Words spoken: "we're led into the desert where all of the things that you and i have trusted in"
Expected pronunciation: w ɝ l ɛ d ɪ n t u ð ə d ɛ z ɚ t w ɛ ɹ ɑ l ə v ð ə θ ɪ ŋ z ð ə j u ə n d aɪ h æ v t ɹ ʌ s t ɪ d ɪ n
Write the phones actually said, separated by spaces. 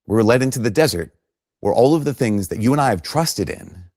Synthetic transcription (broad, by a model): w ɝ l ɛ d ɪ n t u ð ə d ɛ z ɚ t w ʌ ɹ ɑ l ə v ð ə θ ɪ ŋ z ð ə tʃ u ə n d aɪ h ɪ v t ɹ ʌ s t ɪ d ɪ n